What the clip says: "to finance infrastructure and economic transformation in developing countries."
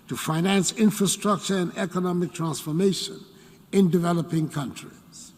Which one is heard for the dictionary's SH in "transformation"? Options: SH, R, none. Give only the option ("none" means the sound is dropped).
SH